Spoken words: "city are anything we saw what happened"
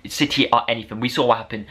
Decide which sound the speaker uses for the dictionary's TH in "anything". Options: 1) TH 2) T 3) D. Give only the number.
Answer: 1